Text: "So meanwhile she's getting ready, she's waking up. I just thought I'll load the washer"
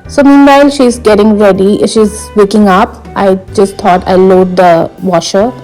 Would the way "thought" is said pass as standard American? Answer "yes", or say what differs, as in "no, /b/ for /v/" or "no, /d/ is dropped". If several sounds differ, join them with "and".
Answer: no, /t/ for /θ/